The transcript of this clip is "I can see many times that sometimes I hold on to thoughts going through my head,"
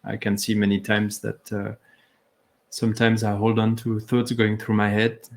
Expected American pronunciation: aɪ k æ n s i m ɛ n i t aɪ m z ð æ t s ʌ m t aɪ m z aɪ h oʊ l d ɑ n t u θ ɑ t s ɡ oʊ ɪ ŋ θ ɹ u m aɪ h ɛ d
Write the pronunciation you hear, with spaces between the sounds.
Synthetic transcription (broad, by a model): aɪ k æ n s i m ɛ n i t aɪ m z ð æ t s ʌ m t aɪ m z aɪ h oʊ l d ɑ n t u θ ɑ t s ɡ oʊ ɪ ŋ θ ɹ u m aɪ h ɛ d